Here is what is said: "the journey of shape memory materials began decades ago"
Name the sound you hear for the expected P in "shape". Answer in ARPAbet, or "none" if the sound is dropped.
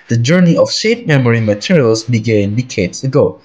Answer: F